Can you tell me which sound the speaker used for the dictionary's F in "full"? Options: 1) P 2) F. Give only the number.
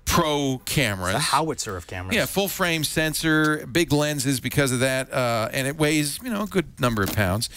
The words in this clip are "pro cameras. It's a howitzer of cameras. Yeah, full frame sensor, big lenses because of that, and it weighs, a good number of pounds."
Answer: 2